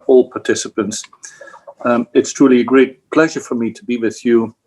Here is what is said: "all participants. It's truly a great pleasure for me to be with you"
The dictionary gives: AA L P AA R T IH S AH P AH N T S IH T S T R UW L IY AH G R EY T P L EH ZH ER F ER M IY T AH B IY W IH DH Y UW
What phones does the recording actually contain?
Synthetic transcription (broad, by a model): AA L P AA R T IH S AH P AH N T S IH T S T R UW L IY AH G R EY T P L EH ZH ER F ER M IY T AH B IY W IH DH Y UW